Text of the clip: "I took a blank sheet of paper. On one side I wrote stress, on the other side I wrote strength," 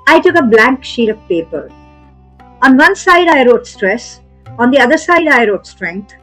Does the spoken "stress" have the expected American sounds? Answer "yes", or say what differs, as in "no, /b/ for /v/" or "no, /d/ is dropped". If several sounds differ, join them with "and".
yes